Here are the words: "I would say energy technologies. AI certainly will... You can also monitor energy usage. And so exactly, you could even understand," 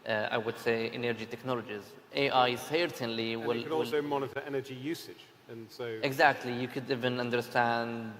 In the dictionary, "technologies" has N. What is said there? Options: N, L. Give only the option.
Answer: N